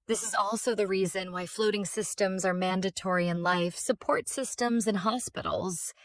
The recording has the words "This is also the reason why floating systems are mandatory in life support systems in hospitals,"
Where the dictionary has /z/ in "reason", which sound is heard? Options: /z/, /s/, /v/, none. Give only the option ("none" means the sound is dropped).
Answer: /z/